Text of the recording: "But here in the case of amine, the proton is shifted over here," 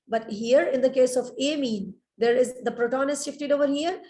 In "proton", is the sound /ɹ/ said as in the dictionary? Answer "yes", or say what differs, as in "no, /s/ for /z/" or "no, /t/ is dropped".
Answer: yes